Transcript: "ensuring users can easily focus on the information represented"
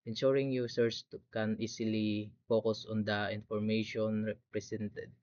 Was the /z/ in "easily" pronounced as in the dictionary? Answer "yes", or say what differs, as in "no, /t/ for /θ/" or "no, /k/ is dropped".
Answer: no, /s/ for /z/